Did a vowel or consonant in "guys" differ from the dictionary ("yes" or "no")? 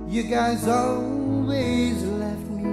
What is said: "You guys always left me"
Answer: no